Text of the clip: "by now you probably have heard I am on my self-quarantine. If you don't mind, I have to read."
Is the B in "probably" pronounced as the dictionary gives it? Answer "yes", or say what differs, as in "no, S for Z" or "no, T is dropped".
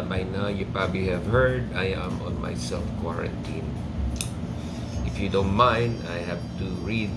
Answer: yes